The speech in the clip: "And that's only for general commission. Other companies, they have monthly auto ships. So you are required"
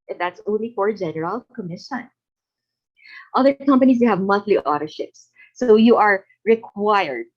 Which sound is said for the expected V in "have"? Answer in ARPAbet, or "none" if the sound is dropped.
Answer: V